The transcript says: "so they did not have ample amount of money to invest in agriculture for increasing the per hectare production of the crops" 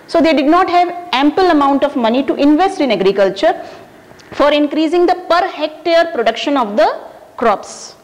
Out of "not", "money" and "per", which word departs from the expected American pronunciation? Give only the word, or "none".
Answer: none